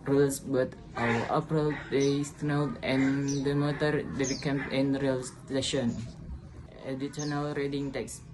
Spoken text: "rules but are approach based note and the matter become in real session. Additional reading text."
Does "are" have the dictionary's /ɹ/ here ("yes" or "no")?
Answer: no